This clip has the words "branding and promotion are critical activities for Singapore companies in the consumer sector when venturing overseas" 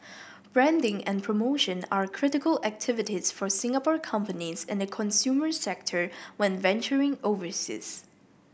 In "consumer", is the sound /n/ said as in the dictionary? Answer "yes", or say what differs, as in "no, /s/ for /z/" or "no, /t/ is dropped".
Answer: yes